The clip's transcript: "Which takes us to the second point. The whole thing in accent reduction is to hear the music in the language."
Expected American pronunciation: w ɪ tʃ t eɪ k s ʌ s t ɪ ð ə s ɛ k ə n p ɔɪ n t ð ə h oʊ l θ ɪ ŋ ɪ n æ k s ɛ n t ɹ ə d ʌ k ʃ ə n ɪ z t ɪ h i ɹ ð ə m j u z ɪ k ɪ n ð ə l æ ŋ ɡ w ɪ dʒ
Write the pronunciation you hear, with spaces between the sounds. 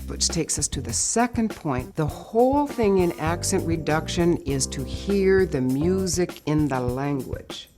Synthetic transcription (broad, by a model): w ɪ tʃ t eɪ k s ʌ s t ɪ ð ə s ɛ k ə n p ɔɪ n ð ə h oʊ l θ ɪ ŋ ɪ n æ k s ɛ n t ɹ ə d ʌ k ʃ ə n ɪ z t ɪ h i ɹ ð ə m j u z ɪ k ɪ n ð ə l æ ŋ ɡ w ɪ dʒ